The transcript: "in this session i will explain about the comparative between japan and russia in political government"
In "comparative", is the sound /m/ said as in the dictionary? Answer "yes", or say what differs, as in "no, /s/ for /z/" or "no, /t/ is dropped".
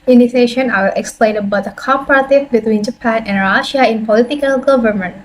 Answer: no, /m/ is dropped